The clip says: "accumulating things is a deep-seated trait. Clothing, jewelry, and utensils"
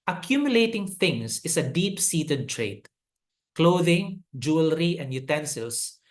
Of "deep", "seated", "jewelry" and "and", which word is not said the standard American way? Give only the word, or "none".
none